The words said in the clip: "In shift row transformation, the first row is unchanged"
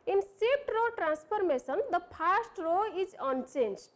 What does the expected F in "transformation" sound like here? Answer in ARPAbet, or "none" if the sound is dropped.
P